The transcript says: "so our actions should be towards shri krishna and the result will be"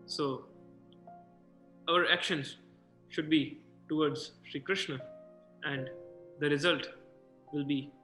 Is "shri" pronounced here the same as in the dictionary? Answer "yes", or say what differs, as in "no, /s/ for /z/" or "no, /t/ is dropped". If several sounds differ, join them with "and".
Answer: yes